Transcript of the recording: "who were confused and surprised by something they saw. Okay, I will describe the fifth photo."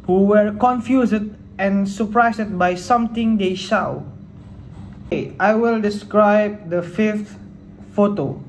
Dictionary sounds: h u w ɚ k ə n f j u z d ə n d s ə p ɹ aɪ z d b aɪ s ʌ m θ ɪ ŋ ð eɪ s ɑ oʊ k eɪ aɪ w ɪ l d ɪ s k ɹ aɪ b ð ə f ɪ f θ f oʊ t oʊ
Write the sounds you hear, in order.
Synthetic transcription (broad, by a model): h u w ɚ k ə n f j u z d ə n s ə p ɹ aɪ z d b aɪ s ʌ m t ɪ ŋ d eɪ ʃ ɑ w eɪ aɪ w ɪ l d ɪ s k ɹ aɪ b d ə f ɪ f t f oʊ t oʊ